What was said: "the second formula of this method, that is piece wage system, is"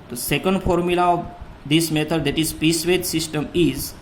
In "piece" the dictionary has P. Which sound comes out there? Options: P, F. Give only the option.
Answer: P